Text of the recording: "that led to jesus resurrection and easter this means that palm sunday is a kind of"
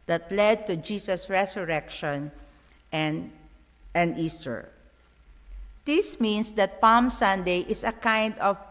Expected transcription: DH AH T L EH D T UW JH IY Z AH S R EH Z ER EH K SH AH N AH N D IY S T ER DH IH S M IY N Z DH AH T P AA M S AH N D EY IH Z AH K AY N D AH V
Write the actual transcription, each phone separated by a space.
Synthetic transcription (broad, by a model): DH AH T L EH D T UW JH IY S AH S R EH S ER EH K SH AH N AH N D IY S T ER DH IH S M IY N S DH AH T P AA M S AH N D EY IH S AH K AY N D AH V